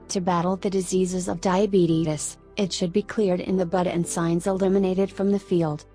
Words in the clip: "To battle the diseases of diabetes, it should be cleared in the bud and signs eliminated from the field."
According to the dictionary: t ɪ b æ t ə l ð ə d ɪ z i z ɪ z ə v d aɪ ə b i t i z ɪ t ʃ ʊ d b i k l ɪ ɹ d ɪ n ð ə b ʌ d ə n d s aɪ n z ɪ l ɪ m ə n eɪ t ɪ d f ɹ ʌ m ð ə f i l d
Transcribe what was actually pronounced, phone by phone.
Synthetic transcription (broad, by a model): t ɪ b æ t l ð ə d ɪ z i z ɪ z ə v d aɪ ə b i t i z ɪ t ʃ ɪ d b i k l ɪ ɹ d ɪ n ð ə b ʌ d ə n s aɪ n z ɪ l ɪ m ə n eɪ t ɪ d f ɹ ʌ m ð ə f i l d